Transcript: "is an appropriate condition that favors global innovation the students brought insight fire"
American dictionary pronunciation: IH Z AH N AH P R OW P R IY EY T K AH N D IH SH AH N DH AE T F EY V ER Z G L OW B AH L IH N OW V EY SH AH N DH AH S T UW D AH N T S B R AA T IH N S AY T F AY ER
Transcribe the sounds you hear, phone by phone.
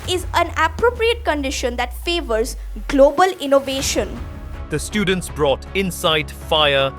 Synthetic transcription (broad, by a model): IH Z AH N AH P R OW P R IY EY T K AH N D IH SH AH N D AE T F EY V ER Z G L OW B AH L IH N OW V EY SH AH N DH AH S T UW D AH N T S B R AA T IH N S AY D F AY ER